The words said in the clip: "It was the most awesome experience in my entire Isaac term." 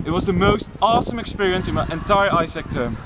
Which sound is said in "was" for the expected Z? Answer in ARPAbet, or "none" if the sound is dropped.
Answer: Z